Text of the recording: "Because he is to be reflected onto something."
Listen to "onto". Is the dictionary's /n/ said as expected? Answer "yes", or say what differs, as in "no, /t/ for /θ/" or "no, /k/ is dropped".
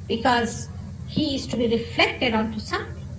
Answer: yes